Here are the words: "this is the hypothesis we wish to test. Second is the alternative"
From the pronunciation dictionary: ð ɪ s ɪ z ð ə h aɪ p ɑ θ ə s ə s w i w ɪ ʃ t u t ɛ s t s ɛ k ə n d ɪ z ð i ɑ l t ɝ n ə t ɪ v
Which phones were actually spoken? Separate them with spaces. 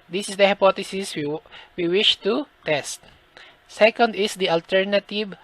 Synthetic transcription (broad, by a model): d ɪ s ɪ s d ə h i p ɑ t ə s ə s w i w ɪ ʃ t u t ɛ s t s ɛ k ə n d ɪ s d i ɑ l t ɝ n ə t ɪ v